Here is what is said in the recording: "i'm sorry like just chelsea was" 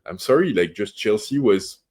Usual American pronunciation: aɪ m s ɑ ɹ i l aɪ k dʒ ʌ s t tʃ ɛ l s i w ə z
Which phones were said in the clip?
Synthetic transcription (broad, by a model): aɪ m s ɑ ɹ i l aɪ k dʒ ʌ s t tʃ ɛ l s i w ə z